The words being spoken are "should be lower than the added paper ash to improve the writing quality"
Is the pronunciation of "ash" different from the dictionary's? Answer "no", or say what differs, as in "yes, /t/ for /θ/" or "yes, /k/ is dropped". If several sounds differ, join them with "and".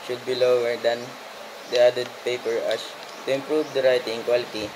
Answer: yes, /s/ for /ʃ/